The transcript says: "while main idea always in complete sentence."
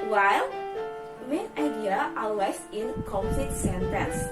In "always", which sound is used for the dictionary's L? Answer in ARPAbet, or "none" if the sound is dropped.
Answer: none